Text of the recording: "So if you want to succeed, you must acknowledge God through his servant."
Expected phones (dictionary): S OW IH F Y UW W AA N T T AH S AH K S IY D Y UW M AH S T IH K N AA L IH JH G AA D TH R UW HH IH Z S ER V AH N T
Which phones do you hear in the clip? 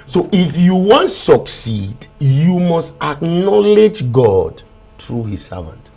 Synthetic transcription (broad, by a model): S OW IH F Y UW W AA N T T S AH K S IY D Y UW M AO S T IH K N AA L IH JH G AA D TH R UW HH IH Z S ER V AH N T